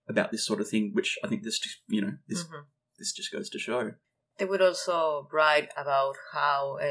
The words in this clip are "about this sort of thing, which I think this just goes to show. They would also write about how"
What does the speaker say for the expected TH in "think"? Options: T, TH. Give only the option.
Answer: TH